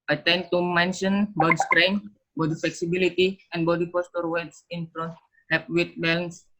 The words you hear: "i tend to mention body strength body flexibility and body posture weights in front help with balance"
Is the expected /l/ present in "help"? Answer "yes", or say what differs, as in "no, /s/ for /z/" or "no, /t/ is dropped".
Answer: no, /l/ is dropped